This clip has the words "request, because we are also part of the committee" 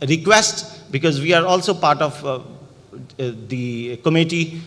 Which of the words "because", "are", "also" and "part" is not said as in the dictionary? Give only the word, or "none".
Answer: none